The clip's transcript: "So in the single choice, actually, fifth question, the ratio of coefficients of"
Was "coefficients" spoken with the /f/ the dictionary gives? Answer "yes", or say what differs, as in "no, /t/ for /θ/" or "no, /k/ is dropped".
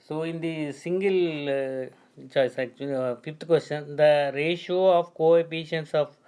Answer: no, /p/ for /f/